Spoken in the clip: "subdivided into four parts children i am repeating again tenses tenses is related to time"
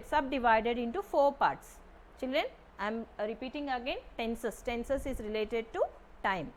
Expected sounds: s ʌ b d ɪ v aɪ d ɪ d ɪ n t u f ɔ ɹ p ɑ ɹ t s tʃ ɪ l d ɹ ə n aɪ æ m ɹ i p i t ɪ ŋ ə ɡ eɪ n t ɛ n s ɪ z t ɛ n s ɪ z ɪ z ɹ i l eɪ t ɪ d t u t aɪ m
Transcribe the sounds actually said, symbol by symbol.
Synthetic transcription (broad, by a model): s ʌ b d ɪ v aɪ d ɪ d ɪ n t u f ɔ ɹ p ɑ ɹ t s tʃ ɪ l d ɹ ə n aɪ m ɹ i p i t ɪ ŋ ə ɡ eɪ n t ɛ n s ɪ s t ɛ n s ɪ s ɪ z ɹ i l eɪ t ɪ d t u t aɪ m